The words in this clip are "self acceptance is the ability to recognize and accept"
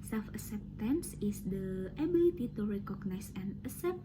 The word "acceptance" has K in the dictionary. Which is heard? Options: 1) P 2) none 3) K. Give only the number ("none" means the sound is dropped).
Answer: 2